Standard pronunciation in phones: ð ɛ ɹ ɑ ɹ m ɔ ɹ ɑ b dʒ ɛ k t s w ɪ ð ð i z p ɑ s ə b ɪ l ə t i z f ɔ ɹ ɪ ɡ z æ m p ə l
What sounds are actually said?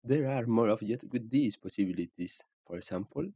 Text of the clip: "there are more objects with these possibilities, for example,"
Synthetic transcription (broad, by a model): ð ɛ ɹ ɑ ɹ m ɔ ɹ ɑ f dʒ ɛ t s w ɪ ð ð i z p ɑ s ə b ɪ l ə t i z f ɔ ɹ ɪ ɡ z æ m p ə l